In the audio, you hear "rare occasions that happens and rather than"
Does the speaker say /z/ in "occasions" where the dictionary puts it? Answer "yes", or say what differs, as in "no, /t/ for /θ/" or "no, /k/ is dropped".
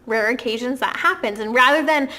yes